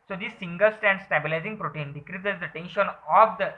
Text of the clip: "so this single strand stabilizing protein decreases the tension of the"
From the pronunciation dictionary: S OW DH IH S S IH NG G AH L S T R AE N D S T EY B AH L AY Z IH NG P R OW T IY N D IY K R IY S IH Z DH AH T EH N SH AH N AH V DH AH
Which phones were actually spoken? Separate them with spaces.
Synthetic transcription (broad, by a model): S OW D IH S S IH NG G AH L S T AE N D S T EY B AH L AY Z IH NG P R OW T IY N D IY K R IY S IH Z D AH T EH N SH AH N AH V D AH